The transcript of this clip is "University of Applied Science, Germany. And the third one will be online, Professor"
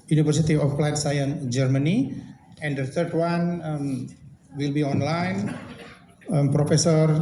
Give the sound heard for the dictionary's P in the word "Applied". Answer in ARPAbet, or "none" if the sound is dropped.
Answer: F